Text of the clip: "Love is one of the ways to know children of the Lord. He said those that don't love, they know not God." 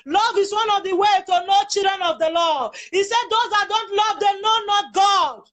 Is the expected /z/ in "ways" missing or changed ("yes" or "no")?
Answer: yes